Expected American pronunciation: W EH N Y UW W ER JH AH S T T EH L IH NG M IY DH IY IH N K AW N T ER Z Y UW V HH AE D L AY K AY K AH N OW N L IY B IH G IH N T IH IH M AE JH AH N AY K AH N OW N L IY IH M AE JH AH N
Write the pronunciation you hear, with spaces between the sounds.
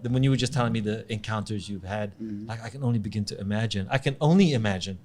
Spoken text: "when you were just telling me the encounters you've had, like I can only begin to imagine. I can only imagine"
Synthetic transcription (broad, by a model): W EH N Y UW W ER JH AH S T T EH L IH NG M IY DH IY IH N K AW N T ER Z Y UW V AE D L AY K AY K AH N OW N L IY B IH G IH N T IH IH M AE JH AH N AY K AH N OW N L IY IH M AE JH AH N